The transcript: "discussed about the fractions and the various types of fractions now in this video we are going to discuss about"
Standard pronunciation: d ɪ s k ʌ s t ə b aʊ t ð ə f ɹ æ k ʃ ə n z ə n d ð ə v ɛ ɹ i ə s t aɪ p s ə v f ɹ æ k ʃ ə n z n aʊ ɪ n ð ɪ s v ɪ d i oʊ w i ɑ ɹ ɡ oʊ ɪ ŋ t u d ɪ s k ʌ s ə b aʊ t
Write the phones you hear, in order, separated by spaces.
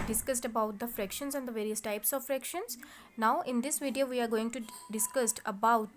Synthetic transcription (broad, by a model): d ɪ s k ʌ s t ə b aʊ t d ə f ɹ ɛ k ʃ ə n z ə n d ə v ɛ ɹ i ə s t aɪ p s ə v f ɹ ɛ k ʃ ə n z n aʊ ɪ n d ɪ s v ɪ d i oʊ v i ɑ ɹ ɡ oʊ ɪ ŋ t u d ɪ s k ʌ s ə b aʊ t